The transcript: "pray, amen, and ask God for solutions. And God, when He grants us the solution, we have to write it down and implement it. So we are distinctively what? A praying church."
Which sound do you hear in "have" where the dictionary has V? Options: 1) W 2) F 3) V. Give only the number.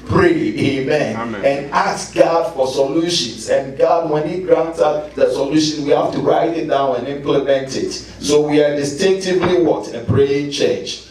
2